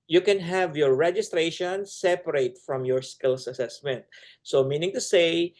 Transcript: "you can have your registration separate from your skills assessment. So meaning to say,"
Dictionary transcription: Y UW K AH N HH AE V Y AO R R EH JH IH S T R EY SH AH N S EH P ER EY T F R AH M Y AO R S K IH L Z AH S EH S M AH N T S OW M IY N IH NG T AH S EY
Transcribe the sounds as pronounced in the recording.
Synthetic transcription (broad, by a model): Y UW K AH N HH AE V Y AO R R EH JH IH S T R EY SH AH N S EH P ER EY T F R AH M Y AO R S K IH L S AH S EH S M AH N T S OW M IY N IH NG T AH S EY